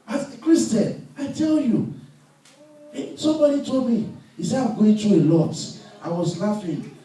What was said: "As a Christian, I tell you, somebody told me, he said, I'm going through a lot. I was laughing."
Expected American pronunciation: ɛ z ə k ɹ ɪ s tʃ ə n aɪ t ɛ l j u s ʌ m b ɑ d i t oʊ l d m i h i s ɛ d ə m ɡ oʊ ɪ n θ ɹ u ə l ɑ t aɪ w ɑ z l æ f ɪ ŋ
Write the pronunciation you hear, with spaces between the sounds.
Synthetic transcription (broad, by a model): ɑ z k ɹ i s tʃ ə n aɪ t ɛ l j u s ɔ m b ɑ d i t oʊ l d m i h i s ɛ ə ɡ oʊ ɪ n t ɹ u ə l ɑ t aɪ w ɑ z l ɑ f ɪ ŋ